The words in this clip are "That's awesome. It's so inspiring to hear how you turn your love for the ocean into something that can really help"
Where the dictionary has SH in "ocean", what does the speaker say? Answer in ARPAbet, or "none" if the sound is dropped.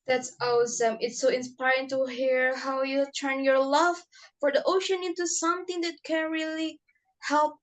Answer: SH